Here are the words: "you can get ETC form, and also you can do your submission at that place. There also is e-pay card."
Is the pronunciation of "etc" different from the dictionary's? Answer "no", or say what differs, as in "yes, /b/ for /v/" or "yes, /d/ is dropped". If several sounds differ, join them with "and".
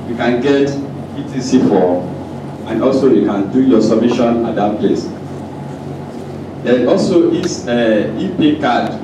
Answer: yes, /s/ is dropped